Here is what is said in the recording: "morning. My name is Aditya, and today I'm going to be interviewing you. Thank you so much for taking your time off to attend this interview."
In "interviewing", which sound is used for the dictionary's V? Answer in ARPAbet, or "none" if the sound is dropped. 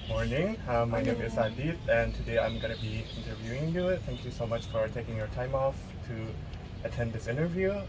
V